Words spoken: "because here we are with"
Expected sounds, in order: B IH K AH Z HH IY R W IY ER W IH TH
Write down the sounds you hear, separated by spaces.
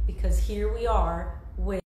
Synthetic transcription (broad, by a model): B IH K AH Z HH IY R W IY ER W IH